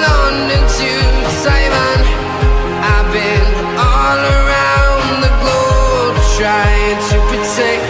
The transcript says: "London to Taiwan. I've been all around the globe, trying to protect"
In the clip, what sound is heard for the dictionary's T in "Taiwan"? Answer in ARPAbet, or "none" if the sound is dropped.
S